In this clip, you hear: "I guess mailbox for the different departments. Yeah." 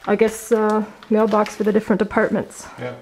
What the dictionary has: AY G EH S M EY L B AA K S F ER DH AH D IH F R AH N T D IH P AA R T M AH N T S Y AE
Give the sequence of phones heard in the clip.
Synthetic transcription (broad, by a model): AY G EH S M EY L B AA K S F ER DH AH D IH F R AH N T D IH P AA R T M AH N T S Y